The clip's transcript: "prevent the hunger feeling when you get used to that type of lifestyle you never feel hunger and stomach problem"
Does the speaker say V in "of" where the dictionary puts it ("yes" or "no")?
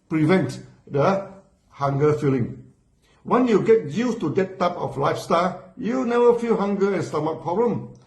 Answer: no